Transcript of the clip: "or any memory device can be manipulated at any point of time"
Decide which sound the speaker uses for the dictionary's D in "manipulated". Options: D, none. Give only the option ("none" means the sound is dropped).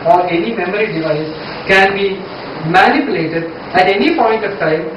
D